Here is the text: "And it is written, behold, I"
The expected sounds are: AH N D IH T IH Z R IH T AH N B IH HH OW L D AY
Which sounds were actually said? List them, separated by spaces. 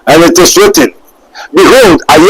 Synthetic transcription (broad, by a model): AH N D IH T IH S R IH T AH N B IH HH OW L D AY